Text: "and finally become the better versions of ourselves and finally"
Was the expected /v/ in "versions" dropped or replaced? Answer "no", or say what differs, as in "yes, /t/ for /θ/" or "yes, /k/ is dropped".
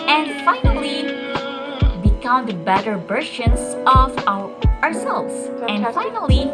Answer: yes, /b/ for /v/